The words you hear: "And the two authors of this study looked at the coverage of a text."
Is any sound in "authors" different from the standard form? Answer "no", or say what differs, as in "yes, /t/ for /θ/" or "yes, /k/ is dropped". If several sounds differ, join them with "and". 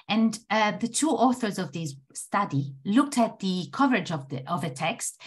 no